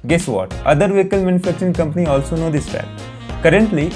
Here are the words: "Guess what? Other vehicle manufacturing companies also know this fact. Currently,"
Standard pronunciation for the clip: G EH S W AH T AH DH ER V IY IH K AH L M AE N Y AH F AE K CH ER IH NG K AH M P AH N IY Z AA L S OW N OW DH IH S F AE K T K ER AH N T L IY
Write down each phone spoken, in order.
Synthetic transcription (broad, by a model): G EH S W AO T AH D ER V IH K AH L M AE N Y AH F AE K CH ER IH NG K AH M P AH N IY AA L S OW N OW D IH S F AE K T K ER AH N T L IY